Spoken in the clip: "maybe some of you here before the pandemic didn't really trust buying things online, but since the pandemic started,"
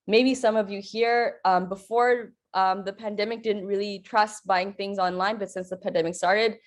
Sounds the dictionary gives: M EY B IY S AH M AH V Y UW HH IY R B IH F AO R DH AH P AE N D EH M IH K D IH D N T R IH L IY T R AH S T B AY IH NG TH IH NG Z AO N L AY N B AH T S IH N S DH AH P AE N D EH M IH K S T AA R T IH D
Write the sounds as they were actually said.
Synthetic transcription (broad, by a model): M EY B IY S AH M AH V Y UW HH IY R B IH F AO R DH AH P AE N D EH M IH K D IH D N T R IH L IY T R AH S T B AY IH NG TH IH NG Z AO N L AY N B AH T S IH N S DH AH P AE N D EH M IH K S T AA R T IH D